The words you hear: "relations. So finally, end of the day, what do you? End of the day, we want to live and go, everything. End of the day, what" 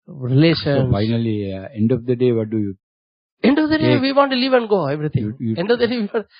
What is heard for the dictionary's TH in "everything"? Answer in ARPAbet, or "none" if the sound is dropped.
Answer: T